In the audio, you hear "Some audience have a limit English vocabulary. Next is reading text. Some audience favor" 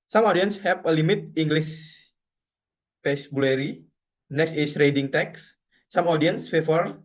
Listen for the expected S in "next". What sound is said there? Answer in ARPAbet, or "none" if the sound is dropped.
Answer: S